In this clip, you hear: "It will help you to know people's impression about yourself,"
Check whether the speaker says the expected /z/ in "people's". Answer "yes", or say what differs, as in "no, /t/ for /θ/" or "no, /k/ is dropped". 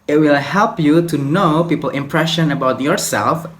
no, /z/ is dropped